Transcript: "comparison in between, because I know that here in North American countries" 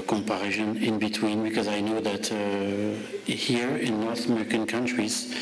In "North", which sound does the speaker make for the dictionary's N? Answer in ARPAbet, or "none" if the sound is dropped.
N